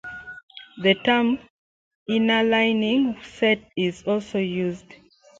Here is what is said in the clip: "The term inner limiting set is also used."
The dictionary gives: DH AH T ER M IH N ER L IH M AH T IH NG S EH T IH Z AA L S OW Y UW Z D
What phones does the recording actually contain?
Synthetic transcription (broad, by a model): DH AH T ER M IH N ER L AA AH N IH NG S EH T IH Z AA L S OW Y UW Z D